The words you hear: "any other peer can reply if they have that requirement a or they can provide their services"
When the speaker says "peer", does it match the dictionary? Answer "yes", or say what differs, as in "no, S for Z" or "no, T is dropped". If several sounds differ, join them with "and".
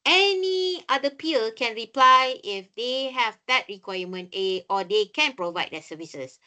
no, L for R